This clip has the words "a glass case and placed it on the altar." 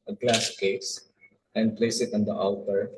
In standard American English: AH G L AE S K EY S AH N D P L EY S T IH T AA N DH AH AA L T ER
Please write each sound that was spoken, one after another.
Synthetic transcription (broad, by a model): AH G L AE S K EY S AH N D P L EY S IH T AA N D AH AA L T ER